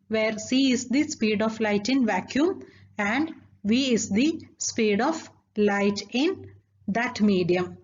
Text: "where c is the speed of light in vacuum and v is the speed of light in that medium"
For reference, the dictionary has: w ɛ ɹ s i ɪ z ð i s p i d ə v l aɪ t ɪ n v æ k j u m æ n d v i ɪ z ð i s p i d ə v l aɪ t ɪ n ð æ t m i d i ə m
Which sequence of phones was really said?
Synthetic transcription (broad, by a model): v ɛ ɹ s i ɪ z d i s p i d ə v l aɪ t ɪ n v æ k j u m æ n d v i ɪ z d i s p i d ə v l aɪ t ɪ n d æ t m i d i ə m